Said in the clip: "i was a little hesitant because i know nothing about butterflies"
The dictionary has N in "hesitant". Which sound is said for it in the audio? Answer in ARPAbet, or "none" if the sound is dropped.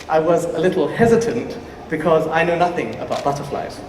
N